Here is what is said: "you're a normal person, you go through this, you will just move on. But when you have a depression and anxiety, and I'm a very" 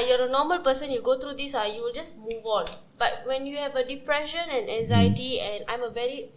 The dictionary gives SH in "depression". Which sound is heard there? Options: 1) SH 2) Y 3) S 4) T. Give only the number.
1